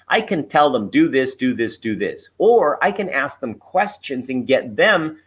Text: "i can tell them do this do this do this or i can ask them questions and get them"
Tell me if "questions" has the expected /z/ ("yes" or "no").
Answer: yes